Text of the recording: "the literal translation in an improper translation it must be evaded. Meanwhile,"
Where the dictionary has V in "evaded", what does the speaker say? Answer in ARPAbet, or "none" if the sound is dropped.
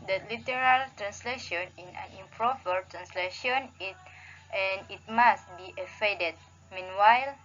F